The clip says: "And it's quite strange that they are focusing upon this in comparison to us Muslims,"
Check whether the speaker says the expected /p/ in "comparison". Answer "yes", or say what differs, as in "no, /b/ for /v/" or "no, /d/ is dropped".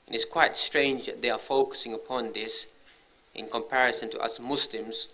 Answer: yes